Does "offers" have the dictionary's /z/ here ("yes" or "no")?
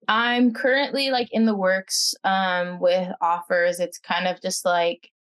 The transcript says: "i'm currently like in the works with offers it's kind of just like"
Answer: yes